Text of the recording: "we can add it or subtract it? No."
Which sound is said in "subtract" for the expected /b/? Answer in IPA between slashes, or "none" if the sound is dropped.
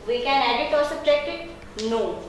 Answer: none